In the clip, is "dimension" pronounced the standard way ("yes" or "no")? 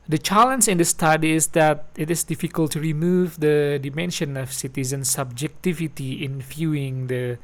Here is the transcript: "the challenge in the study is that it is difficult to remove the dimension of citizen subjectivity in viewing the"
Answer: yes